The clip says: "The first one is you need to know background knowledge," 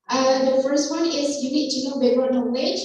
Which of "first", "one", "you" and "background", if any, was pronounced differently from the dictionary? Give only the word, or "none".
background